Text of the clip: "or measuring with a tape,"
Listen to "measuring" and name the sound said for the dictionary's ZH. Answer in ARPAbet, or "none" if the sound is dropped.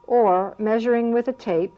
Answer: ZH